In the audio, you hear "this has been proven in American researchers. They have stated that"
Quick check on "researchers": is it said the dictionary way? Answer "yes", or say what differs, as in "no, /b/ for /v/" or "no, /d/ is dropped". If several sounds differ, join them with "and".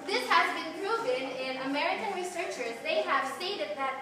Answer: yes